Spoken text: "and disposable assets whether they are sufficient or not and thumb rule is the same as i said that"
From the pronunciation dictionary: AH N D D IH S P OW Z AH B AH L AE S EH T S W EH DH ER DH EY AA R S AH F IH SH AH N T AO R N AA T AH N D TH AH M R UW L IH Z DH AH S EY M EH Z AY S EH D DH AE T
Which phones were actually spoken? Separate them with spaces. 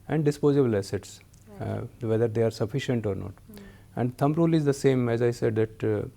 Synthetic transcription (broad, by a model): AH N D D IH S P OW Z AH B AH L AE S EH T S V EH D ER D EY AA R S AH F IH SH AH N T AO R N AA T AH N D T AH M R UW L IH Z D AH S EY M EH Z AY S EH D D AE T